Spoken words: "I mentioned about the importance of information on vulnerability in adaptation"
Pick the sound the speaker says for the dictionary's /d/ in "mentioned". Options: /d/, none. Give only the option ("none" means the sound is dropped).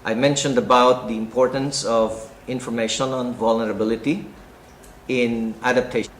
/d/